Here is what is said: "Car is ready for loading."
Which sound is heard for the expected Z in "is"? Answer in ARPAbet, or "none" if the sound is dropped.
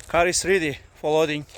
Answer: S